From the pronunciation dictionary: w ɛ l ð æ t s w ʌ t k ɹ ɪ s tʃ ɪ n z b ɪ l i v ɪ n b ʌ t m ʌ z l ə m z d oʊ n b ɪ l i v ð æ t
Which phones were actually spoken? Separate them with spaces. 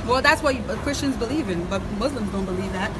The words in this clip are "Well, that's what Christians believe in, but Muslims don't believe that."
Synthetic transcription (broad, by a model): w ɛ l ð æ t s w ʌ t k ɹ ɪ s tʃ ɪ n z b ɪ l i v ɪ n b ʌ t m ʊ z l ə m z d oʊ n b ɪ l i v ð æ t